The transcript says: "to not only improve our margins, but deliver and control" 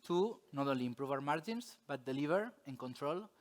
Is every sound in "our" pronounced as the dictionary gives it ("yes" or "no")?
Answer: yes